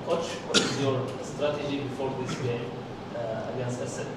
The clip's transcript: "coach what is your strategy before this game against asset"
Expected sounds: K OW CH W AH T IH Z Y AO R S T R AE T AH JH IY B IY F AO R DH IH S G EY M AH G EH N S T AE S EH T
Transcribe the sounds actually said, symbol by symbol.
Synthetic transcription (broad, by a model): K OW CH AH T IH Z Y AO R S T R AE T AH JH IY B IY F AO R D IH S G EY M AH G EH N S T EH S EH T